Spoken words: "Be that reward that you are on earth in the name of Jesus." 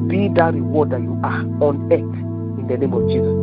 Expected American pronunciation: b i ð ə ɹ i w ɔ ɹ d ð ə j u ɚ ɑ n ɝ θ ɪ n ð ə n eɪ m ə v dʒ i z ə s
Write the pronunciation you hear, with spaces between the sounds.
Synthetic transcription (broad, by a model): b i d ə ɹ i w ɔ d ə j u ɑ ɑ n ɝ t ɪ n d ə n eɪ m ə v dʒ i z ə s